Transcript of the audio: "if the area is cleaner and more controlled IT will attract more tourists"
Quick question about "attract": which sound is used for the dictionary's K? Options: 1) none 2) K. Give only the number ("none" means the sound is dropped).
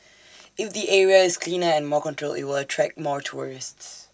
2